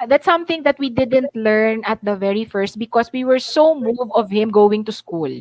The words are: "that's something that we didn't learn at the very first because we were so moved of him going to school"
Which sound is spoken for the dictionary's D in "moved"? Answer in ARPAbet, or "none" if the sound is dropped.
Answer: none